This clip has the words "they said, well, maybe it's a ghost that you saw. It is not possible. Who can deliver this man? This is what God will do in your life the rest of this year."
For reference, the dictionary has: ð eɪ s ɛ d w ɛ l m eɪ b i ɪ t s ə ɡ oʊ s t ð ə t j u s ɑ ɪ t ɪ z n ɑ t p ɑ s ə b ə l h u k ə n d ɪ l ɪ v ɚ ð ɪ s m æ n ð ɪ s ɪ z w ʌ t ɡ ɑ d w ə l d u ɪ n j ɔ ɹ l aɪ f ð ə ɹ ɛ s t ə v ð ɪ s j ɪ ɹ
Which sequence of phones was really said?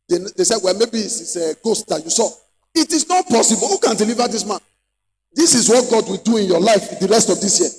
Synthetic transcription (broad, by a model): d eɪ s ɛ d w ɛ l m eɪ b i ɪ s ə ɡ oʊ s t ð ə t j u s ɑ ɪ t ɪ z n ɑ t p ɑ s ə b ə l h u k ə n d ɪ l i v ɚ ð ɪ s m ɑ n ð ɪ s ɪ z w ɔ t ɡ ɑ d w ə l d u ɪ n j ɔ l aɪ f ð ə ɹ ɛ s t ə v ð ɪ s j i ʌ